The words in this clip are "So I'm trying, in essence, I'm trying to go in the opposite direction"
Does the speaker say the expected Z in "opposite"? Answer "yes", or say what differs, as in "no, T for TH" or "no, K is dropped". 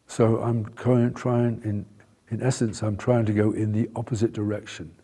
yes